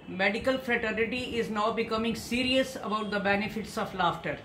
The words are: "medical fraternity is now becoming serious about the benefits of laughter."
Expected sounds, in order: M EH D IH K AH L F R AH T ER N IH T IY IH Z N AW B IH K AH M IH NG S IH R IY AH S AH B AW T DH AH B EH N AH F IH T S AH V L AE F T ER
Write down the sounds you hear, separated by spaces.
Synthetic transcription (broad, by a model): M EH D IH K AH L F R AH T ER N IH T IY IH Z N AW B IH K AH M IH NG S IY R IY AH S AH B AW T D AH B EH N AH F IH T S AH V L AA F T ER